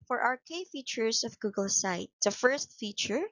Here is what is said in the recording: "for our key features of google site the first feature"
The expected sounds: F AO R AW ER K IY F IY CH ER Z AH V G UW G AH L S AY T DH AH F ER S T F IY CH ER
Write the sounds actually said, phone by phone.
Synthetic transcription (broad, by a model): F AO R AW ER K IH F IY CH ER S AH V G UW G AH L S AY T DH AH F ER S T F IY CH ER